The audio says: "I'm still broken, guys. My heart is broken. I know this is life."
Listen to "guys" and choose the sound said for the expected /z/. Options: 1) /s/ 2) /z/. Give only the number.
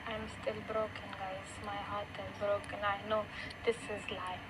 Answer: 1